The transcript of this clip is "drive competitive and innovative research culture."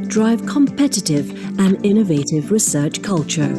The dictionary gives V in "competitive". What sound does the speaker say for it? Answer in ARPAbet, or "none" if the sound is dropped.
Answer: V